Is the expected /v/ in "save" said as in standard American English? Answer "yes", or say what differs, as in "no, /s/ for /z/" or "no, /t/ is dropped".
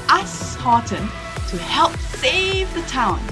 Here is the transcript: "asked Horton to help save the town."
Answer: yes